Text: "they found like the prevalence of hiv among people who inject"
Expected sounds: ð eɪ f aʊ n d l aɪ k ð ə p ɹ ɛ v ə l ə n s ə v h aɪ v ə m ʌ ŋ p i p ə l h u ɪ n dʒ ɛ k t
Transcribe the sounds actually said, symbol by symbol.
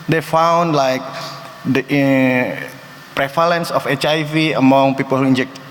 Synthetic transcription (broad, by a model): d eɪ f aʊ n d l aɪ k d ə p ɹ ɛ f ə l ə n s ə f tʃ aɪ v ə m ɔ ŋ p i p ə l h u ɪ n dʒ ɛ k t